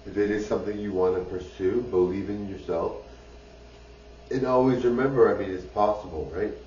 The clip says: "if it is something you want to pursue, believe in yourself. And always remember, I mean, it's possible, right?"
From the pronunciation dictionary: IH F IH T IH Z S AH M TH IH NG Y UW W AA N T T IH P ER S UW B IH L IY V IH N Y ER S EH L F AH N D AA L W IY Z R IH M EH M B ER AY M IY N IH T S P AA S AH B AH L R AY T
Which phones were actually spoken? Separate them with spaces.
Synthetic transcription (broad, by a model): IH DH IH T IH Z S AH M TH IH NG Y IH W AA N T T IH P ER S UW B IH L IY V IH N Y ER S EH L F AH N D AA L W IY Z R IH M EH M B ER AY M IY N IH T S P AA S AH B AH L R AY T